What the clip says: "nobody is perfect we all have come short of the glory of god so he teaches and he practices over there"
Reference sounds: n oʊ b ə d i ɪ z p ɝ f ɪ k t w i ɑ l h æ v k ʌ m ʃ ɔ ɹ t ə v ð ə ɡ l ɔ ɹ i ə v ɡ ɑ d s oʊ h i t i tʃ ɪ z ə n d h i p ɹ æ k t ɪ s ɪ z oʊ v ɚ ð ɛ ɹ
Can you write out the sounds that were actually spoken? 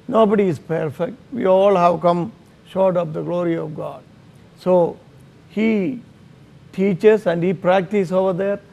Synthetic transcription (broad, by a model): n oʊ b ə d i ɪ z p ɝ f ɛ k t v i ɑ l h æ v k ʌ m ʃ ɔ ɹ t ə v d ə ɡ l ɔ ɹ i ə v ɡ ɑ d s oʊ h i t i tʃ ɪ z ə n d h i p ɹ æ k t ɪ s oʊ v ɚ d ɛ ɹ